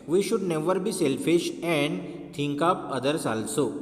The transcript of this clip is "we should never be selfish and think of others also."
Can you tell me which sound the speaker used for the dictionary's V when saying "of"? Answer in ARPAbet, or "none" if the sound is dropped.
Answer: P